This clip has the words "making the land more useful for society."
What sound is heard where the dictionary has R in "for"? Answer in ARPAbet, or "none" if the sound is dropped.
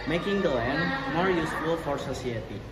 R